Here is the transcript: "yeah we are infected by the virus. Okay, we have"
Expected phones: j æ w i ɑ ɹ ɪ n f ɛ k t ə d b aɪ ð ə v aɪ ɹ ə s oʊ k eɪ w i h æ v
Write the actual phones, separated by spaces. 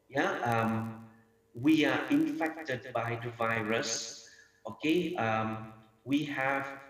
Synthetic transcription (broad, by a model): j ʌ w i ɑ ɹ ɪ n f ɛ k t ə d b aɪ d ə v aɪ ɹ ə s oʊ k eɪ w i h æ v